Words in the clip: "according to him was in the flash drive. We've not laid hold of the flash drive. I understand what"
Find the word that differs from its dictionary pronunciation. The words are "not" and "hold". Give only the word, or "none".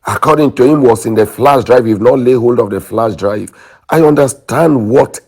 none